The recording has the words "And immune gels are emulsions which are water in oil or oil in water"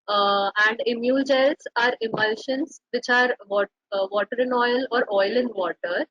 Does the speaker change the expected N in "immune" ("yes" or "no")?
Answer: yes